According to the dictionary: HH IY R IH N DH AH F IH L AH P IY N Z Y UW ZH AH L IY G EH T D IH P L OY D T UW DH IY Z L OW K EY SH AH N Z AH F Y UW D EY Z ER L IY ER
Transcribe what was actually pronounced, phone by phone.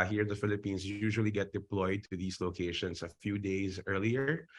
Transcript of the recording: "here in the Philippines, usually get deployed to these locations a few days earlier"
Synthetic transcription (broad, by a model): HH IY R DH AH F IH L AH P IY N S Y UW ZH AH L IY G EH T D IH P L OY D T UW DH IY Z L OW K EY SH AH N S AH F Y UW D EY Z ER L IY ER